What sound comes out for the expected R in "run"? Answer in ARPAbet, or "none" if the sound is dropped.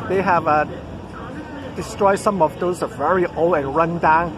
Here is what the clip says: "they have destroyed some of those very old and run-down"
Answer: R